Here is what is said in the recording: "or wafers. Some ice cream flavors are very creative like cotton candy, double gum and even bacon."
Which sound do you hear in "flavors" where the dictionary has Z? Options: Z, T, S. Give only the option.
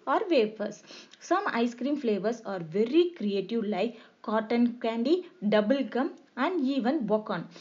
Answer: S